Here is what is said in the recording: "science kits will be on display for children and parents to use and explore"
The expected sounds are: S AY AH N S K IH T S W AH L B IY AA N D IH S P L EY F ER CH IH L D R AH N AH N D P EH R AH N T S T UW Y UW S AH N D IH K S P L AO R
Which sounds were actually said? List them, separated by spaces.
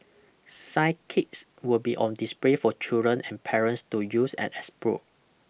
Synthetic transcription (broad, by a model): S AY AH K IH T S W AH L B IY AA N D IH S P L EY F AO CH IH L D R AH N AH N P EH R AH N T S T UW Y UW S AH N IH S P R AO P